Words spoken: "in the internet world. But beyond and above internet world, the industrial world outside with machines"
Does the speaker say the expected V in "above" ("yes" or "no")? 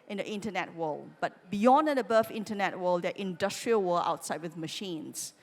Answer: no